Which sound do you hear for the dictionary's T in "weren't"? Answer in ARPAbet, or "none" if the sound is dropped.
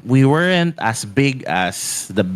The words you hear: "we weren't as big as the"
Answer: T